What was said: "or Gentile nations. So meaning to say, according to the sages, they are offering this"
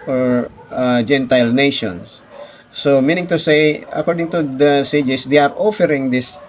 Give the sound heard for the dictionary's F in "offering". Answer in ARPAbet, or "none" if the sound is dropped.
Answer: F